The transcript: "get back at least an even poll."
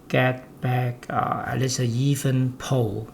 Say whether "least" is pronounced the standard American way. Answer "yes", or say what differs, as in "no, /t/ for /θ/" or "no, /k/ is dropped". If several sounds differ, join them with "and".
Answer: no, /t/ is dropped